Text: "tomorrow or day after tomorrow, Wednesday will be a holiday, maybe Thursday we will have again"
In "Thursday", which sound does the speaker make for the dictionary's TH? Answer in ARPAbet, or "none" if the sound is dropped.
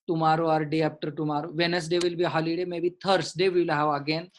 T